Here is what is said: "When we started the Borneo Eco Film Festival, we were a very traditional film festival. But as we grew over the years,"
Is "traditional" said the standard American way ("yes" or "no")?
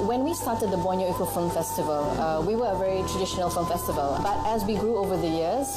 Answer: yes